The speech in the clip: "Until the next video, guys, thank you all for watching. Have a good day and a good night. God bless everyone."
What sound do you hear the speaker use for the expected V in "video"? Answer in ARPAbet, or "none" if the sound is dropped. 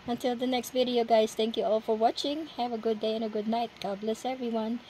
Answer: V